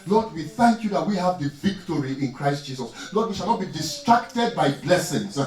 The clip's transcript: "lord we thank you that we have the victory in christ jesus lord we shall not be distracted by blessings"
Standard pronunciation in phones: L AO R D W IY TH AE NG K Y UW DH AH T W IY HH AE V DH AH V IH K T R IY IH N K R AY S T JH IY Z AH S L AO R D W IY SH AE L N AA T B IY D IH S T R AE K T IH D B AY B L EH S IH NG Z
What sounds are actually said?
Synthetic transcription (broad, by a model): L AO D W IY TH AE NG K Y UW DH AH T W IY HH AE V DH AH V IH K T R IY IH N K R AY S T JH IY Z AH S L AO D W IY SH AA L N AA T B IY D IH S T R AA K T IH D B AY B L EH S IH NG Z